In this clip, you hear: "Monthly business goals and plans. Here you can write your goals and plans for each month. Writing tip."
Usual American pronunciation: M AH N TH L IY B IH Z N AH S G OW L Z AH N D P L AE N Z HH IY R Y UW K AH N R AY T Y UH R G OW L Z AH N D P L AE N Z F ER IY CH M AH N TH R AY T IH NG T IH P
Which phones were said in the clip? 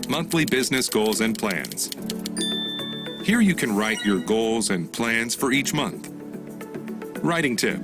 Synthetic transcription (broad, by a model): M AH N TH L IY B IH Z N AH S G OW L Z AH N P L AE N Z HH IY R Y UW K AH N R AY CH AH R G OW L Z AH N P L AE N Z F ER IY CH M AH N TH R AY T IH NG T IH P